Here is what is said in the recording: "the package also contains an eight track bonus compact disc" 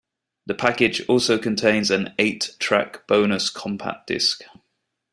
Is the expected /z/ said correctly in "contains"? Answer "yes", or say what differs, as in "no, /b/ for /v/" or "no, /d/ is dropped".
yes